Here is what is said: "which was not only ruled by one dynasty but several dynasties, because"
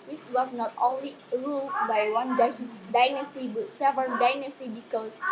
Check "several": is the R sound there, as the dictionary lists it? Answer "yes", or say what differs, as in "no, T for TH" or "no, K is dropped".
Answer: no, R is dropped